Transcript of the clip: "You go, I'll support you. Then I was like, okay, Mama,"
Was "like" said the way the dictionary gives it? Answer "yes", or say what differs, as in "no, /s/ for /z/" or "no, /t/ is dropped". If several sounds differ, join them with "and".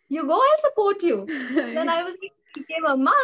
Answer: no, /k/ is dropped